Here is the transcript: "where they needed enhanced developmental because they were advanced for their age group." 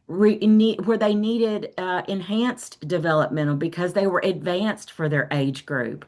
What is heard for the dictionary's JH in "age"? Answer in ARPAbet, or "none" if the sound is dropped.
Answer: JH